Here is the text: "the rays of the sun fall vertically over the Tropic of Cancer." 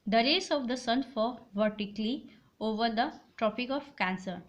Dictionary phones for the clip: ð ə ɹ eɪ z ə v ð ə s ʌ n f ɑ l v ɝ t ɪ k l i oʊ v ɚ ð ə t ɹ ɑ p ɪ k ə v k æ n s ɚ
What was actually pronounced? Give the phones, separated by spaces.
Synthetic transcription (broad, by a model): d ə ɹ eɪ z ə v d ə s ʌ n f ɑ v ɝ t ɪ k l i oʊ v ɚ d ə t ɹ ɑ p ɪ k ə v k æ n s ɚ